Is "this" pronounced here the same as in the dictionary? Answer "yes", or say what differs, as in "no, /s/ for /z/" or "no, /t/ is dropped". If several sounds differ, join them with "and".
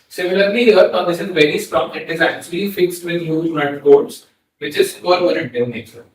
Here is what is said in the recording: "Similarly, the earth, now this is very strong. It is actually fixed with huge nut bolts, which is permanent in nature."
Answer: no, /ʃ/ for /s/